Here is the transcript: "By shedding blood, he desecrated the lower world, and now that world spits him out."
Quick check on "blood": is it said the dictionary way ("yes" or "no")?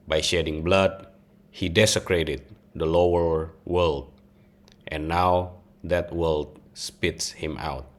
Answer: yes